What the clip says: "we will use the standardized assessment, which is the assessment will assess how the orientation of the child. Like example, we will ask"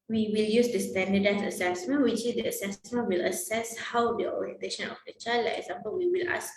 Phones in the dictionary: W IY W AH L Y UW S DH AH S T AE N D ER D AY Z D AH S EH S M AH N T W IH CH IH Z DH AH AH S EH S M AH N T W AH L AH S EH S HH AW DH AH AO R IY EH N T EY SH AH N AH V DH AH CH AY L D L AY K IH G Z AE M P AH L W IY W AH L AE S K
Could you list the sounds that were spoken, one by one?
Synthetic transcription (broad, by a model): W IY W AH L Y UW S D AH S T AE N D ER D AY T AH S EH S M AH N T W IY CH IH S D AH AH S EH S M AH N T W AH L AH S EH S HH AW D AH AO R IY EH N T EY SH AH N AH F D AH CH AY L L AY IH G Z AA M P AH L W IY W AH L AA S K